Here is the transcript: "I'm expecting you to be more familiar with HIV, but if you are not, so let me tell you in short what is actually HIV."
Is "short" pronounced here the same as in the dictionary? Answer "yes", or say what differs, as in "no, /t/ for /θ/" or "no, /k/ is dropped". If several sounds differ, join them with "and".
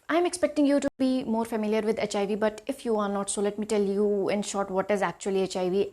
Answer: yes